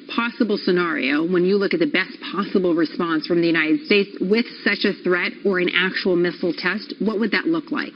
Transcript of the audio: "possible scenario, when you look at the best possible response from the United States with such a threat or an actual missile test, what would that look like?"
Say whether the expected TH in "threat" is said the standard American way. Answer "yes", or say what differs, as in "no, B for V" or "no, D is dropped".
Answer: yes